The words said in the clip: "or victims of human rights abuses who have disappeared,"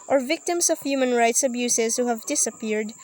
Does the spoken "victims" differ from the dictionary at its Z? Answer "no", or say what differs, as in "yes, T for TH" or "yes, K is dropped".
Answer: yes, S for Z